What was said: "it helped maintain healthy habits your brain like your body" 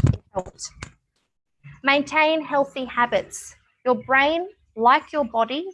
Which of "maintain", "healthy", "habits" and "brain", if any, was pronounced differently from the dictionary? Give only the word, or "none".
none